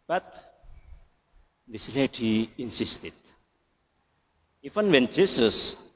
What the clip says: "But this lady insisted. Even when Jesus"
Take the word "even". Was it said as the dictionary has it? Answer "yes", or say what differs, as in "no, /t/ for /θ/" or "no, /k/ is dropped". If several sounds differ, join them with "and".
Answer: no, /f/ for /v/